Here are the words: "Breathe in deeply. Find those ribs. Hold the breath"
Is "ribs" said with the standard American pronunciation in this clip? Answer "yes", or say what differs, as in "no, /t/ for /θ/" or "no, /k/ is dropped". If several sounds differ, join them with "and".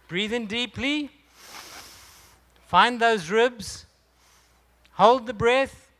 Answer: yes